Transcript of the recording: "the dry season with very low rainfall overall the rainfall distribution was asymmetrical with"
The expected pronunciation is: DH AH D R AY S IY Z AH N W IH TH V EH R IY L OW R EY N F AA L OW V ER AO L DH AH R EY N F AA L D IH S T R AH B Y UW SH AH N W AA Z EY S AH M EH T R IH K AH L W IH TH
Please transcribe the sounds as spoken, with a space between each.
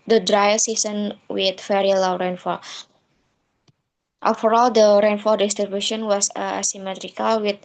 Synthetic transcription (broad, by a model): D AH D R AY S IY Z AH N W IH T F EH R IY L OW R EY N F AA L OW F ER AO L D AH R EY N F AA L D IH S T R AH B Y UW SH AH N W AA S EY S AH M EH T R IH K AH L W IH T